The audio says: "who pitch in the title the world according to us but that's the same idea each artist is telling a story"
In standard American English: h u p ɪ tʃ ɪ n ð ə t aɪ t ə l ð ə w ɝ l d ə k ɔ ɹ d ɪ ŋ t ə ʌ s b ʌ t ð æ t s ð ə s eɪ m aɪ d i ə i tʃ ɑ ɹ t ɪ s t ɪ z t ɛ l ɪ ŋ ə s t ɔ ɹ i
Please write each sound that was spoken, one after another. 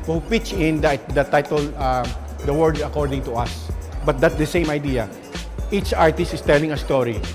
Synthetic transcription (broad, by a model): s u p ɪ tʃ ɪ n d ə t aɪ t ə l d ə w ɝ d ə k ɔ ɹ d ɪ ŋ t ə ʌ s b ʌ t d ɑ t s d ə s eɪ m aɪ d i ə i tʃ ɑ ɹ t ɪ s t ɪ s t ɛ l ɪ ŋ ə s t ɔ ɹ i